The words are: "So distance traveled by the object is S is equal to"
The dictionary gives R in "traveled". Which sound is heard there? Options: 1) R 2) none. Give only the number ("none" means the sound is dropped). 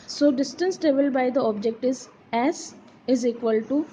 2